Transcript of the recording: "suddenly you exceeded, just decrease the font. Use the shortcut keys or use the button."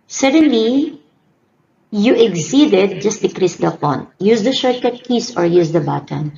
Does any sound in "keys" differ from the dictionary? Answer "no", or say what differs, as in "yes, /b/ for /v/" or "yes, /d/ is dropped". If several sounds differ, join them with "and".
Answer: yes, /s/ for /z/